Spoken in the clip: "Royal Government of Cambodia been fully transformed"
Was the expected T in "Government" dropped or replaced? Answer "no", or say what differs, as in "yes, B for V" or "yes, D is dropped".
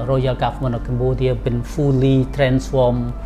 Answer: yes, T is dropped